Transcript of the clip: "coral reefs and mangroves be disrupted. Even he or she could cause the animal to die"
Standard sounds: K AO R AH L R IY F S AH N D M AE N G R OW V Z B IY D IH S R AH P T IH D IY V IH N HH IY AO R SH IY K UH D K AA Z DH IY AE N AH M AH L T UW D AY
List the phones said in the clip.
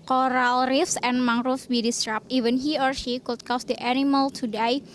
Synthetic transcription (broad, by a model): K AO R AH L R IY F S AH N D M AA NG R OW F B IY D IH S R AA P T IY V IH N HH IY AO R SH IY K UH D K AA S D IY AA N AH M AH L T UW D AY